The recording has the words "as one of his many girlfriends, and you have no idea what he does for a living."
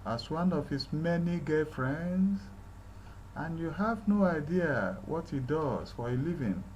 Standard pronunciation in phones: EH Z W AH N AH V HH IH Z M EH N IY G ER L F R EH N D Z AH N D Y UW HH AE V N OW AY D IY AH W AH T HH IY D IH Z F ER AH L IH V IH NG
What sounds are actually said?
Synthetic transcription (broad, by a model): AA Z W AH N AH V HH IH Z M EH N IY G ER F R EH N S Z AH N Y UW HH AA V N OW AY D IY AH W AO T HH IY D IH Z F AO AH L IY V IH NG